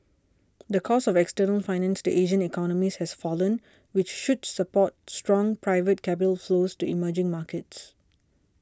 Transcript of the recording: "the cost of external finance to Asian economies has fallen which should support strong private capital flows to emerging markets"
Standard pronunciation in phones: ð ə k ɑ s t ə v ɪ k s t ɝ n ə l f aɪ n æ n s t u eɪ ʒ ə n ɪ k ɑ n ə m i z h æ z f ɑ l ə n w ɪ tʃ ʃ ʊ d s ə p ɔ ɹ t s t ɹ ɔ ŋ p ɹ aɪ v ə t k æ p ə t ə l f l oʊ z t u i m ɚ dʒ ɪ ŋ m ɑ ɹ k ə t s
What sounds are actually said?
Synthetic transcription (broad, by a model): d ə k ɑ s ə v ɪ k s t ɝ n ə l f aɪ n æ n s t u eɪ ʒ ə n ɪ k ɑ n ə m i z h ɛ s f ɑ l ə n w ɪ tʃ ʃ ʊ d s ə p ɔ t s t ɹ ɔ ŋ p ɹ aɪ v ə t k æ p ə t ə l f l oʊ s t u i m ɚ dʒ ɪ ŋ m ɑ k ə t s